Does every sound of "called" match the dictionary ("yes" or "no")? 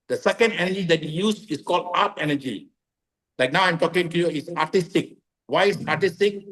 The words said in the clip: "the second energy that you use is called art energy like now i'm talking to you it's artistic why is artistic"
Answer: yes